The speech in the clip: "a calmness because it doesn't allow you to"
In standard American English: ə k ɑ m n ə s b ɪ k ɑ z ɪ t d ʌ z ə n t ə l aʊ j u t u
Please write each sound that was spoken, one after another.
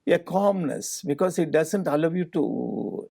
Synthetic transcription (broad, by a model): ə k ɑ m n ə s b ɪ k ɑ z ɪ t d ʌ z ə n t ə l aʊ j u t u